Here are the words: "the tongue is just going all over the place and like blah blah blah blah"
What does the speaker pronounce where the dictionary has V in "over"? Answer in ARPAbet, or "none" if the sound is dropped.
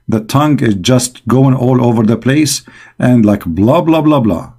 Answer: V